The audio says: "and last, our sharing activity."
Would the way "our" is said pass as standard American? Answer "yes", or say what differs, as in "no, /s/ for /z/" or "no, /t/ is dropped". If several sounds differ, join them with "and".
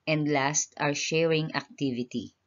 yes